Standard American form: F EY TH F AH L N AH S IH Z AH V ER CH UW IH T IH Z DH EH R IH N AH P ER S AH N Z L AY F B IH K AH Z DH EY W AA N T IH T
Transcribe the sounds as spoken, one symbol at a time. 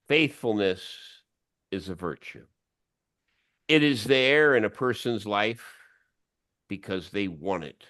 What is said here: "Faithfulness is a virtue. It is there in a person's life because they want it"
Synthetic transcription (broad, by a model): F EY TH F L N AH S IH Z AH V ER CH UW IH T IH Z DH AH R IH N AH P ER S AH N Z L AY F B IH K AH Z DH EY W AA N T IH T